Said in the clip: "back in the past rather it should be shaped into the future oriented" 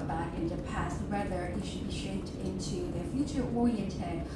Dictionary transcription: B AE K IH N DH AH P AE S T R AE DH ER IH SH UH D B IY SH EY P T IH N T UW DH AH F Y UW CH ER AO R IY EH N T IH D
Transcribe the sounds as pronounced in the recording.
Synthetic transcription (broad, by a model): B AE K IH N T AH P AE S T W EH DH ER IH SH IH D B IY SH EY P T IH N T UW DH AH F Y UW CH ER AO R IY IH N T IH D